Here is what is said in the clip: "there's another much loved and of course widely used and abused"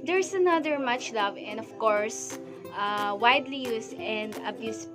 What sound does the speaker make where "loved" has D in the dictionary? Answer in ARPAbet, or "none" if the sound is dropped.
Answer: none